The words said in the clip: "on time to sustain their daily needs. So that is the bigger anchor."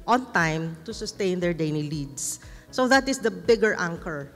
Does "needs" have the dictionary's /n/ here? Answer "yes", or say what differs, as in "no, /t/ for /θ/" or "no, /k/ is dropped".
no, /l/ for /n/